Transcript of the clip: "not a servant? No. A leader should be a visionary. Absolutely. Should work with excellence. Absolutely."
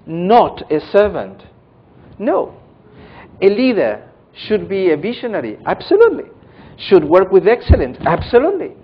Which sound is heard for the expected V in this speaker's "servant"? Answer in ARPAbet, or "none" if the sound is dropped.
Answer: V